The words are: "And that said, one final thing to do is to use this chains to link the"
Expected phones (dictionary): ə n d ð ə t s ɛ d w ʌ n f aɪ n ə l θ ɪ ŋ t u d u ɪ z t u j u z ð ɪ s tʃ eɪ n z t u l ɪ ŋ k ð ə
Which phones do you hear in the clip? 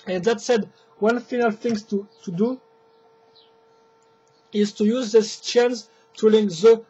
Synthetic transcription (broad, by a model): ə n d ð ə t s ɛ d w ʌ n f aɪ n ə l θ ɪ ŋ t u d u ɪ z t u j u z ð ɪ s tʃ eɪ n s t u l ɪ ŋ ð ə